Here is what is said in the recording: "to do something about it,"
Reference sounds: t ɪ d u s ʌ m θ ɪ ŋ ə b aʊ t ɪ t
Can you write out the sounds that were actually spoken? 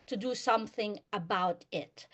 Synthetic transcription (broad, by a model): t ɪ d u s ʌ m θ ɪ ŋ ə b aʊ t ɪ t